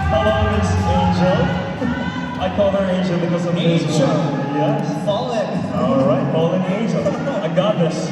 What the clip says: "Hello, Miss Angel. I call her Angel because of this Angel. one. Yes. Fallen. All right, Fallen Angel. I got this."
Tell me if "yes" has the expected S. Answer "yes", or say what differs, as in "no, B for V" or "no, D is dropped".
no, S is dropped